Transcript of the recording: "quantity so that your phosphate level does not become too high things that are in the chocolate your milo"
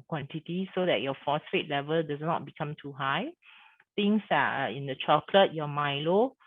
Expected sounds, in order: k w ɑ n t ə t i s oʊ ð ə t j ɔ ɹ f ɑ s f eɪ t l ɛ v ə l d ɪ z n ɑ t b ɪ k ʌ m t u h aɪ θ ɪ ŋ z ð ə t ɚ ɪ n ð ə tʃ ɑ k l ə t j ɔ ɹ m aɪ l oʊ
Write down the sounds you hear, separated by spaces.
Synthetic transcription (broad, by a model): k w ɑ n t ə t i s oʊ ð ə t j ɔ f ɑ s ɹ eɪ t l ɛ v ə l d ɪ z n ɑ t b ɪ k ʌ m t u h aɪ t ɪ ŋ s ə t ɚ ɪ n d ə tʃ ɑ k l ə t j ɔ m aɪ l oʊ